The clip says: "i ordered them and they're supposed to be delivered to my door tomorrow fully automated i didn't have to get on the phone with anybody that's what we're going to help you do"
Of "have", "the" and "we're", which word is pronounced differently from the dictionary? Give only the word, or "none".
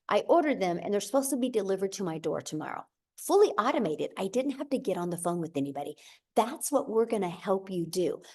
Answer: have